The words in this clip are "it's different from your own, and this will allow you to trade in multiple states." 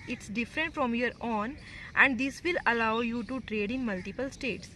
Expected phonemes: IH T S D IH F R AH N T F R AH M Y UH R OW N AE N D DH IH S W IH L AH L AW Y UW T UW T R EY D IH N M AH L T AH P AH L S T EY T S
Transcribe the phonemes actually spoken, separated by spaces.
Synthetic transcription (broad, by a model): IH T S D IH F R AH N T F R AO M Y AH R OW N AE N D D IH S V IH L AH L AW Y UW T UW T R EY D IH N M AH L T AH P AH L S T EY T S